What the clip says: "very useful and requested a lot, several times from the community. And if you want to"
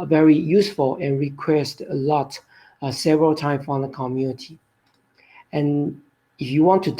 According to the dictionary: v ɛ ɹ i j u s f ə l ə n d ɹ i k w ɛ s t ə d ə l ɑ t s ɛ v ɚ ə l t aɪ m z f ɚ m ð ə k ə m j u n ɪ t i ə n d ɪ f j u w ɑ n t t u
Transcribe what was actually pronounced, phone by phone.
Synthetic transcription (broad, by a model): v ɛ ɹ i j u s f ə l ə n ɹ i k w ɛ s t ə ə l ɑ t s ɛ v ɚ ə l t aɪ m f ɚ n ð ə k ə m j u n ɪ t i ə n ɪ f j u w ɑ n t t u